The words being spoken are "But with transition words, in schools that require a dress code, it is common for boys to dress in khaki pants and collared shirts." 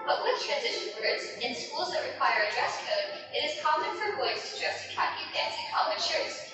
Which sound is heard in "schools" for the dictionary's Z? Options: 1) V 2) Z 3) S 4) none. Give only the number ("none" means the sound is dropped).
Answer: 2